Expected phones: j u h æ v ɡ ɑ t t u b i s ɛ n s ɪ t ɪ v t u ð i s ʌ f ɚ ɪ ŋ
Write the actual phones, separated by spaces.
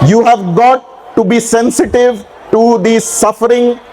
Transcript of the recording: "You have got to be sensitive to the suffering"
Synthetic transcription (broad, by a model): j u h æ v ɡ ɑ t t u b i s ɛ n s ɪ t ɪ v t u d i s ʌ f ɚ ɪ ŋ